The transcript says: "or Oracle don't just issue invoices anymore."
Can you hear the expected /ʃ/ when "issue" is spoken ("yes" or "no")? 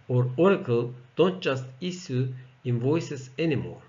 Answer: no